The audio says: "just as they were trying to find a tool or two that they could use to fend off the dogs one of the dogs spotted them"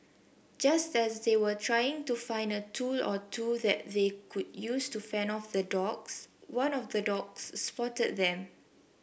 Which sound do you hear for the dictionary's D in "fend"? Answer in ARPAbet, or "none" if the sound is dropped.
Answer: none